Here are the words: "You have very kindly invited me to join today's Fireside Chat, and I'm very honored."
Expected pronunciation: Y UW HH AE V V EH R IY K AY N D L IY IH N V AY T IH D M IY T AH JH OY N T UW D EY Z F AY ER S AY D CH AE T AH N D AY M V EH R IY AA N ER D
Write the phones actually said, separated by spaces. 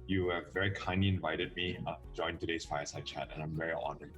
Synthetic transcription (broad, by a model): Y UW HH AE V V EH R IY K AY N D L IY IH N V AY T IH D M IY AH JH OY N T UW D EY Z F AY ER S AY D CH AE T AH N AY M V EH R IY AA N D